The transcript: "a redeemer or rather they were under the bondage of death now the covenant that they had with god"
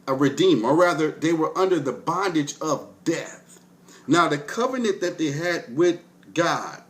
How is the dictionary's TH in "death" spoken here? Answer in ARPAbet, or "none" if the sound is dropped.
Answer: TH